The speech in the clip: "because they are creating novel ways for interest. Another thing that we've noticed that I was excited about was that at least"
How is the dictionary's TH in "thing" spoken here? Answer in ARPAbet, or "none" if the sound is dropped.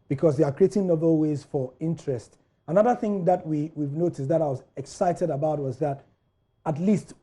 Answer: TH